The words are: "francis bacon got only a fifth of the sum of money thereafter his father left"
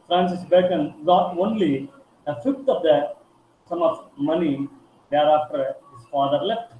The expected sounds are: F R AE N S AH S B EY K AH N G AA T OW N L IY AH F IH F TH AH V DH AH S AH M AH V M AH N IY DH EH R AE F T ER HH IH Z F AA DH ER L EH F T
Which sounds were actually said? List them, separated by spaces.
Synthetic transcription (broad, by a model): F R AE N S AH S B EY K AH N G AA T OW N L IY AH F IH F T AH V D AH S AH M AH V M AH N IY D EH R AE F T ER HH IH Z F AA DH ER L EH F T